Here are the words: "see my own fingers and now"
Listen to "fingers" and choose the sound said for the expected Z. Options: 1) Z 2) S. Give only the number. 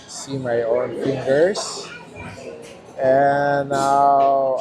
2